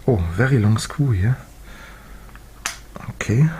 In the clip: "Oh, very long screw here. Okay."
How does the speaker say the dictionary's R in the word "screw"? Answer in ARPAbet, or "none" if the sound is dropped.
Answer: none